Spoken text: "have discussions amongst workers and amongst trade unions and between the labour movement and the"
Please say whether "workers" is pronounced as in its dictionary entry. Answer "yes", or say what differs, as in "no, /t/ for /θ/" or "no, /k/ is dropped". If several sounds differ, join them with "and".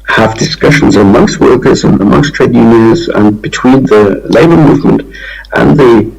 yes